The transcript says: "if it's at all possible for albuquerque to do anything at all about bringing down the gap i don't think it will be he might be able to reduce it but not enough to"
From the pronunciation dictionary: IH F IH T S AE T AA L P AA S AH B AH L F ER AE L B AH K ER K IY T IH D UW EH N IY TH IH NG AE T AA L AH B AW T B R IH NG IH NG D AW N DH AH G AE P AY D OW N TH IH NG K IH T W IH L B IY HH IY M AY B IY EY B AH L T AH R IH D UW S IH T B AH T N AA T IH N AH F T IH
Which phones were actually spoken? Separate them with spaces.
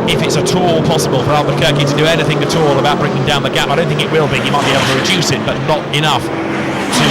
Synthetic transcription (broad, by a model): IH F IH T S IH T AA L P AA S AH B AH L F ER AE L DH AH K ER K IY T IH D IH EH N IY TH IH NG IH T AA L AH B AW T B R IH NG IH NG D AW N DH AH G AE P AY D OW N TH IH NG K IH T W IH L B IY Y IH M AY B IY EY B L T AH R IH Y UW S IH T B AH T N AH T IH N AH F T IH